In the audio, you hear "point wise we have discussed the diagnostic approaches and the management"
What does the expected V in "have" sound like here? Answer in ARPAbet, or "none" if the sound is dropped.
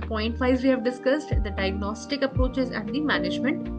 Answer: V